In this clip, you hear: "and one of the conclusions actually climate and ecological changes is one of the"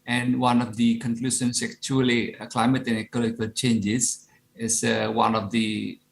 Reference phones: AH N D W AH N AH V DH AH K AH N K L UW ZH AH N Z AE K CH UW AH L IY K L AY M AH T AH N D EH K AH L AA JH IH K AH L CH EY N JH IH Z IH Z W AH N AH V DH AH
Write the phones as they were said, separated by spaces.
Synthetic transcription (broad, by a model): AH N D W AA N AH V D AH K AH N K L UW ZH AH N S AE K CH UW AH L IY K L AY M AH T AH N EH K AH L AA IH K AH L CH EY N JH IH S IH S W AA N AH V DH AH